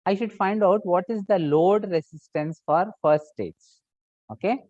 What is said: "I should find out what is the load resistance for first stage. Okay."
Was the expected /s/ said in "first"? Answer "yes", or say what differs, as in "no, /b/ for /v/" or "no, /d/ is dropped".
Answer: yes